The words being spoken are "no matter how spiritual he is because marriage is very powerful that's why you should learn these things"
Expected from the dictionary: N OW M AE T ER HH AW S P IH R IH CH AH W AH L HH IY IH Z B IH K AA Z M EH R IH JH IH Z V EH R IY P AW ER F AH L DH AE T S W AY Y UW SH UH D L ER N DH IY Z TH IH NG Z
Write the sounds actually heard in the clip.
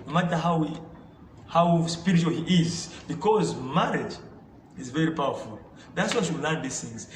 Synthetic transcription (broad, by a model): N OW M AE T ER HH AW S P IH R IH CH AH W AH L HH IY IH Z B IH K AA Z M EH R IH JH IH Z V EH R IY P AW ER F AH L DH AE T S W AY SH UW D L ER N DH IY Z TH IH NG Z